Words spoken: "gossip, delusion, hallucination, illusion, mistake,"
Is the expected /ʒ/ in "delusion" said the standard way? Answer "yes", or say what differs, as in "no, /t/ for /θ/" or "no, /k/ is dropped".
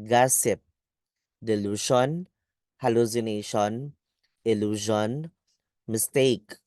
no, /ʃ/ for /ʒ/